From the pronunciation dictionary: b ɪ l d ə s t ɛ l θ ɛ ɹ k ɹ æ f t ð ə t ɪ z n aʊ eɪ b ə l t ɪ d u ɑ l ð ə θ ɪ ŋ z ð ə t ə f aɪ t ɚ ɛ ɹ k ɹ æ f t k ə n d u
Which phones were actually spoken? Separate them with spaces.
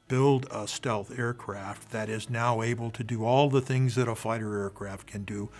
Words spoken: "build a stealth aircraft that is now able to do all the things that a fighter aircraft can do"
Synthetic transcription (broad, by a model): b ɪ l d ə s t ɛ l θ ɛ ɹ k ɹ æ f t ð ə t ɪ z n aʊ eɪ b ə l t ɪ d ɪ ɑ l ð ə θ ɪ ŋ z ð ə t ə f aɪ t ɚ ɛ ɹ k ɹ æ f t k ə n d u